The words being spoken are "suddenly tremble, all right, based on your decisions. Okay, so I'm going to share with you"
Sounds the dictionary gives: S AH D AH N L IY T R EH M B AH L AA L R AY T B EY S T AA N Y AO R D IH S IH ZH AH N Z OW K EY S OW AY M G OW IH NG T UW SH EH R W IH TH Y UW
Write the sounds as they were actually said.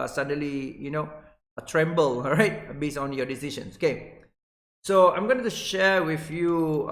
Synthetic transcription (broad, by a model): S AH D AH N L IY T R EH M B AH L L R AY T B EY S AA N Y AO D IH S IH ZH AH N S OW K EY S OW AY M G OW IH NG T UW SH EH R W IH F Y UW